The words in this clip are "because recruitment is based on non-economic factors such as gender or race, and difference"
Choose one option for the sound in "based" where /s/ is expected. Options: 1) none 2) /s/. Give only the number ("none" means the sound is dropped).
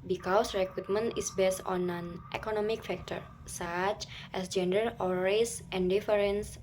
2